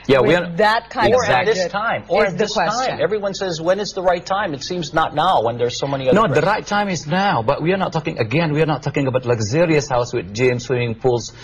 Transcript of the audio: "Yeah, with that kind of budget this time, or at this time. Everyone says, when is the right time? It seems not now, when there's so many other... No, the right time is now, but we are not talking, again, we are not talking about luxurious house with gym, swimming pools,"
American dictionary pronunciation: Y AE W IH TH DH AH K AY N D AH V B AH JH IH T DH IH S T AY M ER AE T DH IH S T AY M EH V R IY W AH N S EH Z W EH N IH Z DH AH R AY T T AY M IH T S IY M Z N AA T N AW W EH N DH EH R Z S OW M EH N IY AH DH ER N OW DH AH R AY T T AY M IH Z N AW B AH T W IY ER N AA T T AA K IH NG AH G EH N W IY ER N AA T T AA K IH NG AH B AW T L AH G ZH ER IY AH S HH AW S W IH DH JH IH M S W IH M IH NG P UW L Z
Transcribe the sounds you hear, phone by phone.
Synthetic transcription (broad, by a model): Y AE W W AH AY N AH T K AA IH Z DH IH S T AY M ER DH IH S AY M EH V R IY W AH N S EH Z W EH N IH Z DH AH R AY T T AY M IH T S IY M Z N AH T N AW W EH N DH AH R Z S OW M EH N IY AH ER N OW DH AH R AY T T AY M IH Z N AW B AH T W IY ER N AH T T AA K IH NG AH G EH N W IY ER N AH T T AA K IH NG AH B AW T L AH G Z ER IY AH S HH AW S W IH DH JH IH M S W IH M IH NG P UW L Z